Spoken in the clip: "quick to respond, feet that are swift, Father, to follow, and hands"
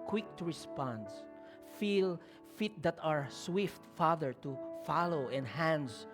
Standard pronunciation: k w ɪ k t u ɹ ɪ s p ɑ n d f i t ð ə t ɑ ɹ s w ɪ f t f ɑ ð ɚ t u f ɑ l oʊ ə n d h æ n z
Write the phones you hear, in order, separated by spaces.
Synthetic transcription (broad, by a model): k w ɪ k t u ɹ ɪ s p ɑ n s f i t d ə t ɑ ɹ s w ɪ f t f ɑ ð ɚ t u f ɑ l oʊ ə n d h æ n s